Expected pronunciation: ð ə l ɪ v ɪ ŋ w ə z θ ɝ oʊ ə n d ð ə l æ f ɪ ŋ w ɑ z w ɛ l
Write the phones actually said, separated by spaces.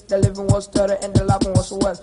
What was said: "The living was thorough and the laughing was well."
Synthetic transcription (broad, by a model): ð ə l ɪ v ɪ ŋ w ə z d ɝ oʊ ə n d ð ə l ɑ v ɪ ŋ w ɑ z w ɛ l